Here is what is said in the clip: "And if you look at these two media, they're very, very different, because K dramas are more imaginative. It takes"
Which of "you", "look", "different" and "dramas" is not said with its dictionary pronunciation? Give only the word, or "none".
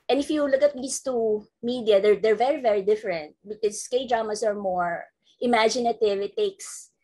dramas